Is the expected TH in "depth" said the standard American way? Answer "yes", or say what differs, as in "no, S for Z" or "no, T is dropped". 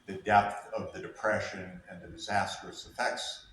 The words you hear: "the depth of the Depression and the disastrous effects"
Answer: yes